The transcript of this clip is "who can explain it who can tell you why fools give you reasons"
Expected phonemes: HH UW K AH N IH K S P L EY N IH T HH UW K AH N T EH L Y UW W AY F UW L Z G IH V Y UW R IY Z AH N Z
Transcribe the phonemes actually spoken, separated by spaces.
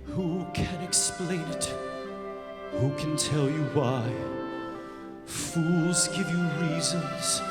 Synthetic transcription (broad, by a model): HH UW K AH N IH K S P L EY N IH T HH UW K AH N T EH L Y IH W AY F UW L Z G IH V Y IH R IY Z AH N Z